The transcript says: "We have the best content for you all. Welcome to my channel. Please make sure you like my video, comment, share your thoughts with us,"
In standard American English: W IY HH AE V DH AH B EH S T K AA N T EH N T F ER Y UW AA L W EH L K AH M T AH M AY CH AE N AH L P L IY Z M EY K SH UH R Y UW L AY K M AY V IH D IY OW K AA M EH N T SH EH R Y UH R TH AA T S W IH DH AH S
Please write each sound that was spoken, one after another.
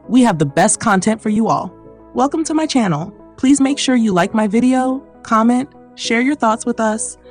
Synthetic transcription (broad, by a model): W IY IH V DH AH B EH S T K AA N T EH N T F ER Y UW AA L W EH L K AH M T AH M AY CH AE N L P L IY Z M EY K SH UH R Y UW L AY K M AY V IH D IY OW K AA M EH N T SH EH R Y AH R TH AA T S W IH DH AH S